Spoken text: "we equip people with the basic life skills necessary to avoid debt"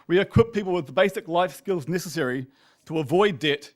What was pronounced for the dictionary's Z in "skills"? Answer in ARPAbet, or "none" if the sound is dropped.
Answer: Z